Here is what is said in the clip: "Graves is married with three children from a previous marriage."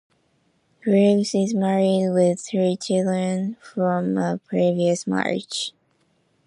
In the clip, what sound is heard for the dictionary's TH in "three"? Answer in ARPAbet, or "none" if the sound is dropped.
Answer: TH